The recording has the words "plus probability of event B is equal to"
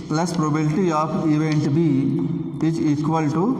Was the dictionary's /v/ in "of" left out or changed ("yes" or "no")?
yes